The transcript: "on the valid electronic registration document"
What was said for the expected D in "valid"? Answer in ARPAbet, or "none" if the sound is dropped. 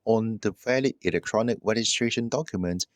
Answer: none